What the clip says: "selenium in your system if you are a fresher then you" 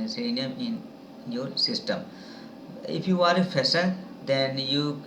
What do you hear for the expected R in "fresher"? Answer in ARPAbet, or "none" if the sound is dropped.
none